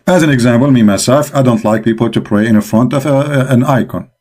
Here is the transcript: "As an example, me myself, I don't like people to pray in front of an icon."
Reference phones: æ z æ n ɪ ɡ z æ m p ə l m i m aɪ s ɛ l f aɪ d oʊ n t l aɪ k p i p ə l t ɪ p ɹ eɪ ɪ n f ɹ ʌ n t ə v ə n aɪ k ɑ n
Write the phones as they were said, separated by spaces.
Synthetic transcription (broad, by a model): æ z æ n ɪ ɡ z æ m p ə l m i m aɪ s ɛ l f aɪ d oʊ n t l aɪ k p i p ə l t ɪ p ɹ eɪ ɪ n f ɹ ʌ n t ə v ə n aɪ k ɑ n